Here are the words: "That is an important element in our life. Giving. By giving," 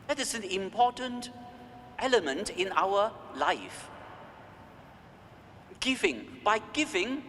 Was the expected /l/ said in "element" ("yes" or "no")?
yes